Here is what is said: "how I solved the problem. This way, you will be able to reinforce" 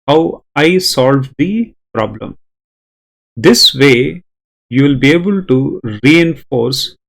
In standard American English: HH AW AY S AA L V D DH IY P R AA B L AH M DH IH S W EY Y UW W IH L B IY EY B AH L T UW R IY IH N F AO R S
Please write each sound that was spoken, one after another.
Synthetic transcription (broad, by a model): HH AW AY S AA L V D IY P R AA B L AH M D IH S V EY Y UW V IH L B IY EY B AH L T UW R IY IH N F AO R S